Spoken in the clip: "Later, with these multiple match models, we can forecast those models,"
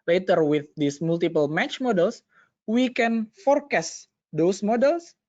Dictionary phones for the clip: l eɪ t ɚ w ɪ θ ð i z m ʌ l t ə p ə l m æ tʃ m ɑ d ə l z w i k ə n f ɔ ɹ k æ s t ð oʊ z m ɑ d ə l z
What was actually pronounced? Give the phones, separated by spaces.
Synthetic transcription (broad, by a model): l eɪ t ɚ w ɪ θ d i s m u l t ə p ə l m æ tʃ m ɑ d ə l s w i k ə n f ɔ ɹ k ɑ s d oʊ s m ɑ d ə l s